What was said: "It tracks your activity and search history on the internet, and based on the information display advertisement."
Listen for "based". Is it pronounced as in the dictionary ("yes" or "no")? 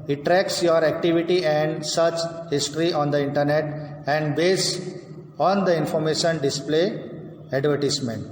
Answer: no